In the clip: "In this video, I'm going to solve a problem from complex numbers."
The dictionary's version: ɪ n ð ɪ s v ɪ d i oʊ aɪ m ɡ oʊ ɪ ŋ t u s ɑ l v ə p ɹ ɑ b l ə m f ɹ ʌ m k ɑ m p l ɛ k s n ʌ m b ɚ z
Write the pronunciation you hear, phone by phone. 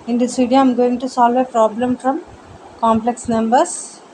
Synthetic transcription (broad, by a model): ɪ n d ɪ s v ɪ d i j aɪ m ɡ oʊ ɪ ŋ t u s ɑ l v ə p ɹ ɑ b l ə m f ɹ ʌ m k ɑ m p l ɛ k s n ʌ m b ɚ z